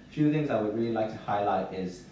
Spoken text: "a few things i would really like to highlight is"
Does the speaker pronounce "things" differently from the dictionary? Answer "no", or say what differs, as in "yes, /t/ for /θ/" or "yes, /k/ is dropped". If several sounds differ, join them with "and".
no